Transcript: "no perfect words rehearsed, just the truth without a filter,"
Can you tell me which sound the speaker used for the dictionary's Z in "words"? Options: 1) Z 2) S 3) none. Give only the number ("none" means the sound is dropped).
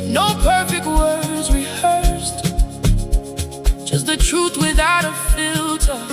1